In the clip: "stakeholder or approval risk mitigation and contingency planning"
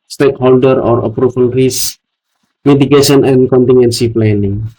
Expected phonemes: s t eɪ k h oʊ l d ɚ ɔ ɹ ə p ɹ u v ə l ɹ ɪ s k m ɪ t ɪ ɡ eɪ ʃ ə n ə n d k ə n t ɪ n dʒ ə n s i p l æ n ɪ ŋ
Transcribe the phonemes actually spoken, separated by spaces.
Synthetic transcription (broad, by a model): s t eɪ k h oʊ l d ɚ ɔ ɹ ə p ɹ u f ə l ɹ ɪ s m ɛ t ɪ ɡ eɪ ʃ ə n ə n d k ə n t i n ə n s i p l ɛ n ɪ ŋ